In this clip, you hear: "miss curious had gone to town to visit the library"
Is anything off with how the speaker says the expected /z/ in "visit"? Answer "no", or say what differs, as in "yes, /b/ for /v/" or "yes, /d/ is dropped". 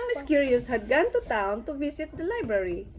yes, /s/ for /z/